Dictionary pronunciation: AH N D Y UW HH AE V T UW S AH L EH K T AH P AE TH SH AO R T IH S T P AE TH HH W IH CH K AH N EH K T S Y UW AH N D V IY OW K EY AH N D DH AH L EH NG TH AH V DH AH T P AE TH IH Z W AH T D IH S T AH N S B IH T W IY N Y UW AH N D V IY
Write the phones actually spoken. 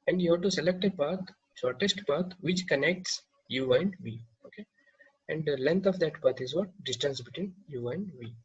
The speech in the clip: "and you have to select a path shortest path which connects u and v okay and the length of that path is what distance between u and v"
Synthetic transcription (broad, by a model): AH N D Y UW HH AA T UW S AH L EH K T AH P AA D SH AO R T IH S T P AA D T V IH CH K AH N EH K T S Y UW AH N D V IY OW K EY AH N D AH L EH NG T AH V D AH T P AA T IH Z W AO T D IH S T AH N S B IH T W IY N Y UW AH N D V IY